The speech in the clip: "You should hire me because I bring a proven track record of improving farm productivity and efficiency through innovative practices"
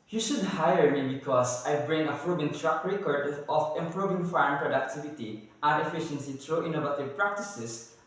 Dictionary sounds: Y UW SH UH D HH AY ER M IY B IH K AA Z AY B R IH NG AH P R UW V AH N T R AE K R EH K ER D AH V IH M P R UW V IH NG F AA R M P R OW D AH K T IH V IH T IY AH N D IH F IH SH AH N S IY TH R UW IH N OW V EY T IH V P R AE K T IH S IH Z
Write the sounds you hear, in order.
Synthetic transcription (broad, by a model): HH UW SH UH D HH AY ER M IY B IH K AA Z AY B R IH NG AH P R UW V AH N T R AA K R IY K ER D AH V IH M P R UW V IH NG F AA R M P R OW D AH K T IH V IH T IY AH N D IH F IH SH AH N S IY T R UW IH N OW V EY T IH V P R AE K T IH S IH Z